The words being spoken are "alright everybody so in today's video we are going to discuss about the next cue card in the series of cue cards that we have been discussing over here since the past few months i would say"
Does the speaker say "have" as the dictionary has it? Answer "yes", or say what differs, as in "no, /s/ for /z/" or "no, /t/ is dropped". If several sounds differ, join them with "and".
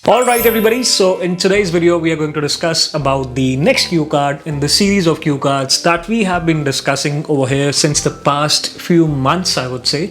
yes